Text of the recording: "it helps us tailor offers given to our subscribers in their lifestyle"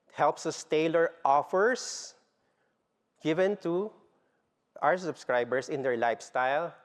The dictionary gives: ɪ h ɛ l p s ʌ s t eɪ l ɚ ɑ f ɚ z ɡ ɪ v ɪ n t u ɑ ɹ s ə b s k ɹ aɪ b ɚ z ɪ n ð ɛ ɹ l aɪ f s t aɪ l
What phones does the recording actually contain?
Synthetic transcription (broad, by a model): h ɛ l p s ʌ s t eɪ l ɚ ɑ f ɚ s ɡ ɪ v ɪ n t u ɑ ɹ s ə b s k ɹ aɪ b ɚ s ɪ n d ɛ ɹ l aɪ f s t aɪ l